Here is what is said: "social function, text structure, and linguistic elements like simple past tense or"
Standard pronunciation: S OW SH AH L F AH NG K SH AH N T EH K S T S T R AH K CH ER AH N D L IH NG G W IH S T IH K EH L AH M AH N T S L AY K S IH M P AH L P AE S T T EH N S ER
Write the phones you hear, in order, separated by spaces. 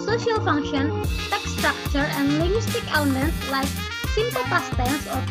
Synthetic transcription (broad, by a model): S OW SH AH L F AH NG K SH AH N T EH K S S T R AH K CH ER AH N D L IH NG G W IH S T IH K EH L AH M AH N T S L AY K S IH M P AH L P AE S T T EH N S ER